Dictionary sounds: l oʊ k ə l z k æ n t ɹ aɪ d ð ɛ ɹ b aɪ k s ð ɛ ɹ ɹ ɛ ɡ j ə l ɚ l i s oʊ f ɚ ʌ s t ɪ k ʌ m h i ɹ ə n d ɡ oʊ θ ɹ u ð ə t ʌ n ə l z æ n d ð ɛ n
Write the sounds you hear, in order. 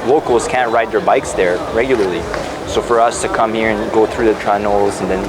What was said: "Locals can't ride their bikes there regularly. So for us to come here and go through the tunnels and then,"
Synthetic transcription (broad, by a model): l oʊ k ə l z k æ n t ɹ aɪ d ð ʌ ɹ b aɪ k s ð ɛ ɹ ɹ ɛ ɡ j l ɚ l i s oʊ f ɚ ʌ s t ɪ k ʌ m h i ɹ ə n ɡ oʊ θ ɹ u ð ə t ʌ n l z n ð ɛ n